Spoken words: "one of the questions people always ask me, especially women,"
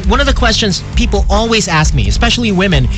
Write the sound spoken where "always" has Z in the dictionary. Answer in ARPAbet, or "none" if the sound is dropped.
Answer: Z